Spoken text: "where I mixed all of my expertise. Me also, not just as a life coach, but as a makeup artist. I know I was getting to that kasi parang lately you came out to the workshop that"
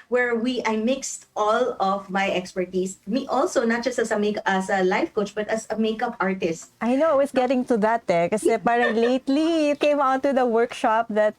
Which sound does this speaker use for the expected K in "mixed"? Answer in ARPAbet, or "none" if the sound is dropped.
K